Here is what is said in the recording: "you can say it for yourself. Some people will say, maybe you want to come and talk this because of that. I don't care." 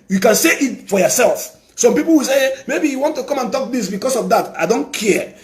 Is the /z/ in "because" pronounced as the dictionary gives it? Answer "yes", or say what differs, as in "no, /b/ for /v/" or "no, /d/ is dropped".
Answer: no, /s/ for /z/